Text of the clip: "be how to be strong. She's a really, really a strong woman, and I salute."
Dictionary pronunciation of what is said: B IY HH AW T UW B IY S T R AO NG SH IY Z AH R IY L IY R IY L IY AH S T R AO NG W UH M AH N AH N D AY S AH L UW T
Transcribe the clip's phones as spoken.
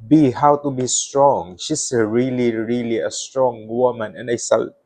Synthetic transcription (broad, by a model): B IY HH AW T UW B IY S T R AO NG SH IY S AH R IY L IY R IY L IY AH S T R AO NG W UH M AH N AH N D AY S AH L